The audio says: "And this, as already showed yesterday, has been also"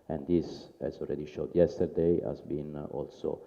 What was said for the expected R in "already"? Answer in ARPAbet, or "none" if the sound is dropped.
L